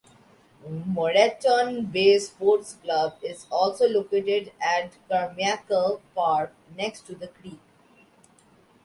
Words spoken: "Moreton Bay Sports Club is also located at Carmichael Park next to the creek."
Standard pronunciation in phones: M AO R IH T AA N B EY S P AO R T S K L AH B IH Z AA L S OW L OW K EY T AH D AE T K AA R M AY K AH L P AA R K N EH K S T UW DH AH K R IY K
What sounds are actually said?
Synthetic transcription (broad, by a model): M AO R IH T AA N B EY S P AO R T S K L AH B IH Z AA L S OW L OW K EY T AH D AE T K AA R M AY K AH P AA R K N EH K S T UW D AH K R IY K